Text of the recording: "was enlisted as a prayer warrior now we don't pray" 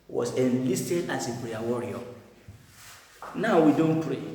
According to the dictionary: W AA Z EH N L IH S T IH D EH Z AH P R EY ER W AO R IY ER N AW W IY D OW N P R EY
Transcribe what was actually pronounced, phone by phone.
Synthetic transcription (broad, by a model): W AA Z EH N L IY S T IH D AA S AH B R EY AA W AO R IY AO N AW W IY D OW N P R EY